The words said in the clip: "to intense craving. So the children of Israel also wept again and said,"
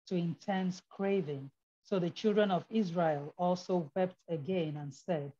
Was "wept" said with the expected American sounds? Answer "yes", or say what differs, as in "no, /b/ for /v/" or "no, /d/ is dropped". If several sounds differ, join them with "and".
yes